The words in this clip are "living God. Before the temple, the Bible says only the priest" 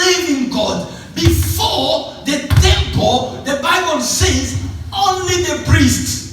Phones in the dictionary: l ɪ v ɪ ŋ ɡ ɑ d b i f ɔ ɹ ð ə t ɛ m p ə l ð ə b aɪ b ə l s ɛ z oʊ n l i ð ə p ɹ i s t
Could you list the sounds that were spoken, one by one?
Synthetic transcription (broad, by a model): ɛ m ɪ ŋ ɡ ɑ d b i f ɔ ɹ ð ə t ɛ m p ə l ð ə b aɪ b ə l s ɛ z oʊ n l i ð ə p ɹ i s t